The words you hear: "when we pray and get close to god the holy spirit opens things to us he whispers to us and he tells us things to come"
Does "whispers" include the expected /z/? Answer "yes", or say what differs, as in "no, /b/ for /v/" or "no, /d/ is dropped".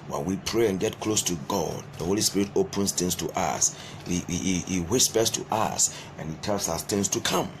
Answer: no, /s/ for /z/